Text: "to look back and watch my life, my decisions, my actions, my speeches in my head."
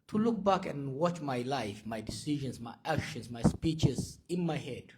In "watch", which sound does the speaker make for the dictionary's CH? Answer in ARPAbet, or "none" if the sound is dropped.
CH